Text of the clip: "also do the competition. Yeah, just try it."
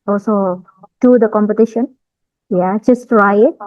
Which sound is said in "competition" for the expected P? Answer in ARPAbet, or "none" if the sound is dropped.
P